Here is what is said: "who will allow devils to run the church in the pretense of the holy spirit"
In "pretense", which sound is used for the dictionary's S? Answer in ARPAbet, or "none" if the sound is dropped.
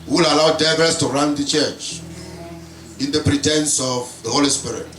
S